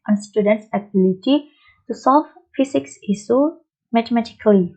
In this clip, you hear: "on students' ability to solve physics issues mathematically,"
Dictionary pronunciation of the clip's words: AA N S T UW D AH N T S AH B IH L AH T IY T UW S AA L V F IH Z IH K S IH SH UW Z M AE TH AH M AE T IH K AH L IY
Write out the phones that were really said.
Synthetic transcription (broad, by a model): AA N S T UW D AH N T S AH B IH L AH T IY T UW S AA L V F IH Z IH K S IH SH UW M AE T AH M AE T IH K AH L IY